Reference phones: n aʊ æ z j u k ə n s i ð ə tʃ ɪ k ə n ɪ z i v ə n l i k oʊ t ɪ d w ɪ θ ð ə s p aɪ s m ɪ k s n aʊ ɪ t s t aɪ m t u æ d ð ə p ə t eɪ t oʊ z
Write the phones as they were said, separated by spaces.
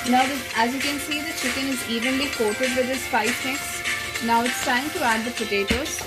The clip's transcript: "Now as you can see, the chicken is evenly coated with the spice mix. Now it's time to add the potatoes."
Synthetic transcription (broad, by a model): n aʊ æ z j u k ə n s i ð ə tʃ ɪ k ə n ɪ z i v ə n l i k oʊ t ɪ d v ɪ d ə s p aɪ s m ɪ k s n aʊ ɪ t s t aɪ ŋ t u æ d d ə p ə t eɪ t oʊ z